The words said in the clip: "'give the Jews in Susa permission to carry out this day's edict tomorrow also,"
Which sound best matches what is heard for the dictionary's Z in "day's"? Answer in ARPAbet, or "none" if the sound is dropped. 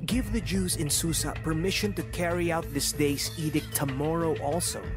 S